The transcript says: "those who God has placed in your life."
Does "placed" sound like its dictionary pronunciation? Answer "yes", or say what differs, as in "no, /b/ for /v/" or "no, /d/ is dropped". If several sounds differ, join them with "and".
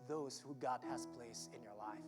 no, /t/ is dropped